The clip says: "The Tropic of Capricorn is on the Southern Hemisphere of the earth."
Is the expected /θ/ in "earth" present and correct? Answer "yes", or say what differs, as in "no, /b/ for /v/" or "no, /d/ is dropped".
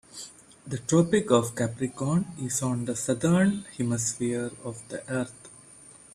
no, /t/ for /θ/